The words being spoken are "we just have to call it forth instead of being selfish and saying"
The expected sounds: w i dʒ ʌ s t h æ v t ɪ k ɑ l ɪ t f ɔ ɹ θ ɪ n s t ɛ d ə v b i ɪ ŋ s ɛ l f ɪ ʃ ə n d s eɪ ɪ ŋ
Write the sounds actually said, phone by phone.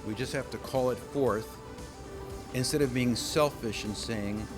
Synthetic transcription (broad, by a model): w i dʒ ʌ s t h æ f t ɪ k ɑ l ɪ t f ɔ ɹ θ ɪ n s t ɛ d ə v b i ɪ ŋ s ɛ l f ɪ ʃ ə n s eɪ ɪ ŋ